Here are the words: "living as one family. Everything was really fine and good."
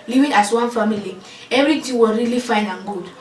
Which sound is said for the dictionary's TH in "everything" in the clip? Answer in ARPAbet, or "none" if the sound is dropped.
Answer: T